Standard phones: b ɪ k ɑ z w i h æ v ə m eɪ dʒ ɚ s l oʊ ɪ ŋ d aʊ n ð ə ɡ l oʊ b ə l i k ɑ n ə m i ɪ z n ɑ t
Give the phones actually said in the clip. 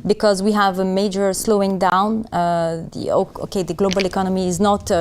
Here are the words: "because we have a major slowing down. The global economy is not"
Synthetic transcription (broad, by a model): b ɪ k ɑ z w i h æ v ə m eɪ dʒ ɚ s l oʊ ɪ ŋ d aʊ n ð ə ɡ l oʊ b ə l i k ɑ n ə m i ɪ z n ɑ t